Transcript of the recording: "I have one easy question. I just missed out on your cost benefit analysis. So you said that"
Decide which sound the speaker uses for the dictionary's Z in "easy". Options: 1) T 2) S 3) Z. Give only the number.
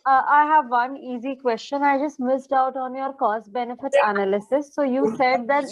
3